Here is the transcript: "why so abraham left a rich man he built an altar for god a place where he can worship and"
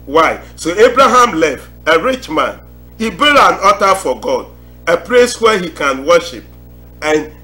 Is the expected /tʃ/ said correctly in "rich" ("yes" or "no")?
yes